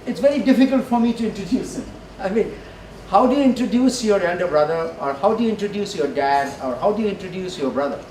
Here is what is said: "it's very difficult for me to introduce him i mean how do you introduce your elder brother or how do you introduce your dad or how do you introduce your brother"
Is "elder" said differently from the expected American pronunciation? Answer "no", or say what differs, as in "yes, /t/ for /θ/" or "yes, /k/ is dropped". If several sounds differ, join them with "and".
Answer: yes, /n/ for /l/